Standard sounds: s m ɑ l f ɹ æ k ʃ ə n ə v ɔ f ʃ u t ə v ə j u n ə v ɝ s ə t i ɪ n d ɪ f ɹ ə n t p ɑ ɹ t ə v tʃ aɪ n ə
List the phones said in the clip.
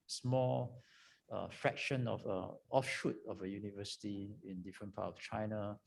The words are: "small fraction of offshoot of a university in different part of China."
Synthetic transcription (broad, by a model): s m ɑ l f ɹ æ k ʃ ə n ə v ɔ f ʃ u t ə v ə j u n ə v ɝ s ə t i ɪ n d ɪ f ɹ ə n p ɑ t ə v tʃ aɪ n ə